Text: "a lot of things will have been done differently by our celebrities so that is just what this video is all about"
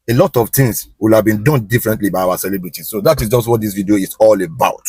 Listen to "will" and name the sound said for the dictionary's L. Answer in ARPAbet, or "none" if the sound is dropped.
L